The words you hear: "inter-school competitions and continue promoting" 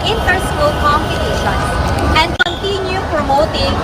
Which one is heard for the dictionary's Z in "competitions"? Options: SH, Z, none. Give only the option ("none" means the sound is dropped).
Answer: none